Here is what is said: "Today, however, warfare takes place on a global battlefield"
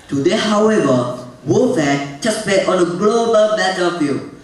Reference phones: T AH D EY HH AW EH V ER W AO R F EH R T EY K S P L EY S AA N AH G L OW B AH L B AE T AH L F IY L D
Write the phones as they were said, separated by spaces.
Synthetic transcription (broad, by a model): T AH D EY HH AW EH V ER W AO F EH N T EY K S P EY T AA N AH G L OW B AH L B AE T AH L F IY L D